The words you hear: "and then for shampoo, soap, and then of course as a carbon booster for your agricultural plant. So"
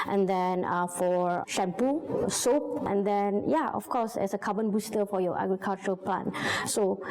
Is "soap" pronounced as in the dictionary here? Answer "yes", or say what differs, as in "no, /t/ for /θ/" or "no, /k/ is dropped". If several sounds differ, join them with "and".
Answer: yes